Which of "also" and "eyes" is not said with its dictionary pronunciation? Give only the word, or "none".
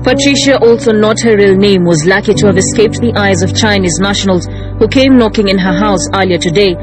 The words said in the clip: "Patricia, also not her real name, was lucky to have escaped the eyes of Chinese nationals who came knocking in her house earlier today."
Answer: none